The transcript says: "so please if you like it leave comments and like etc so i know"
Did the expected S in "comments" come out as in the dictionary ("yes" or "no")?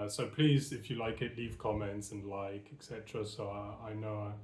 yes